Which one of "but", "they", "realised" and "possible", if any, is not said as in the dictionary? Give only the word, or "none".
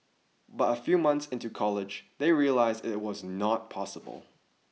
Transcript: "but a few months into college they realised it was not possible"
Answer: none